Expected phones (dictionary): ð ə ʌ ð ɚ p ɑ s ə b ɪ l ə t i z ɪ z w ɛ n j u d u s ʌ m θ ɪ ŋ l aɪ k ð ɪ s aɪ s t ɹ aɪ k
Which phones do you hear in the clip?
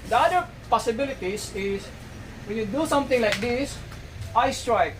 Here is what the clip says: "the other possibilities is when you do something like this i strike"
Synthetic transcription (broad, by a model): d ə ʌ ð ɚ p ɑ s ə b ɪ l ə t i s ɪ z w ɛ n j u d u s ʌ m t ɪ ŋ l aɪ k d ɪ s aɪ s t ɹ aɪ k